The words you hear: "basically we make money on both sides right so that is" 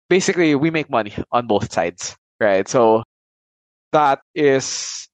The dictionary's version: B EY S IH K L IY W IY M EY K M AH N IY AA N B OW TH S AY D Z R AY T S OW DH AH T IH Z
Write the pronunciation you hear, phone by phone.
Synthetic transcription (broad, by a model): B EY S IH K L IY W IY M EY K M AH N IY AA N B OW TH S AY D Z R AY T S OW DH AH T IH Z